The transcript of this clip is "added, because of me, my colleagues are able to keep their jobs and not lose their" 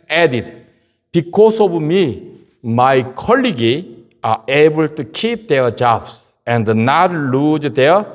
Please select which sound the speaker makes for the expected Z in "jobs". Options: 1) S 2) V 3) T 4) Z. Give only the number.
1